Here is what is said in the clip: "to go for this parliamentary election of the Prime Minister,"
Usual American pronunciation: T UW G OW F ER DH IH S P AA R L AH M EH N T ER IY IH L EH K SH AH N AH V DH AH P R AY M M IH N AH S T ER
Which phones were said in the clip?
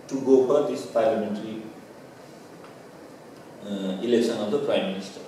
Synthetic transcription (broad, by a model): T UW G OW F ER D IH S P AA R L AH M EH N T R IY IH L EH K S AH N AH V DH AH P R AY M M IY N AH S T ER